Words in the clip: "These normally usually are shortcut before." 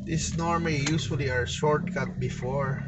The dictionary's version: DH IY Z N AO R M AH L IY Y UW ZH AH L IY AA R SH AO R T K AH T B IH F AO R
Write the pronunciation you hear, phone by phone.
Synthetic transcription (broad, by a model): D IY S N AO R M AH L IY Y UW S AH L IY AA R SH AO R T K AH T B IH F AO R